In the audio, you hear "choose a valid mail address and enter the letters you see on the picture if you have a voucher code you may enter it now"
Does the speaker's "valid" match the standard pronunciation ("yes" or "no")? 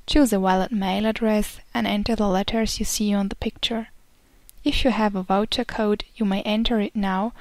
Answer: no